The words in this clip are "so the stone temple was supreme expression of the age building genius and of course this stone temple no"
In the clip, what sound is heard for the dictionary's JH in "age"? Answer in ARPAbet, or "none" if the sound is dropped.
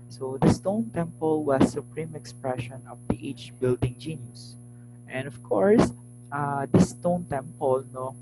CH